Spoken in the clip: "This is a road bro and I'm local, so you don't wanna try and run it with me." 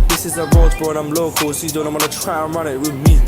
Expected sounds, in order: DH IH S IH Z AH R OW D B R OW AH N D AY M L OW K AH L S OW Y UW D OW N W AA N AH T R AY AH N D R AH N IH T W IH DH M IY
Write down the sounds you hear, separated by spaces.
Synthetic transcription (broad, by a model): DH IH S IH Z AH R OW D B OW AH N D AY M L OW K AH L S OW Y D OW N W AA N AH T R AY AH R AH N IH T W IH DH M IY